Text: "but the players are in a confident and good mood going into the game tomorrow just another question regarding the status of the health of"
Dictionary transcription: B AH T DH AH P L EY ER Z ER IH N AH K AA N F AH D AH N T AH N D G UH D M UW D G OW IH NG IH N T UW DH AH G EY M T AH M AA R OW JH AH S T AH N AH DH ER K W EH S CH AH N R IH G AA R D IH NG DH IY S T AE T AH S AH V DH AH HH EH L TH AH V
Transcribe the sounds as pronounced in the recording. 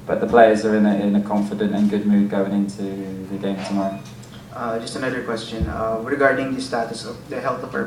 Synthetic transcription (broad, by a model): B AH T DH AH P L EY ER Z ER IH N AH K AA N F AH D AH N T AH N G UH D M UW D G OW IH NG IH N T UW DH AH G EY M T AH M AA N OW JH AH S T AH N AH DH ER K W EH S CH AH N R IH G AA R D IH NG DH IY S T AE T AH S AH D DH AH HH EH L T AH